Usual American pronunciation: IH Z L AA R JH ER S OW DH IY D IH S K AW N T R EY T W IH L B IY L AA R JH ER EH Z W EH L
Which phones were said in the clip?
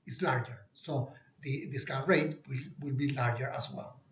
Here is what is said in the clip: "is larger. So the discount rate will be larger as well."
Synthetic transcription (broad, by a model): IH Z L AA R JH ER S OW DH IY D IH S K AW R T W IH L W IH L B IY L AA R JH ER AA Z W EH L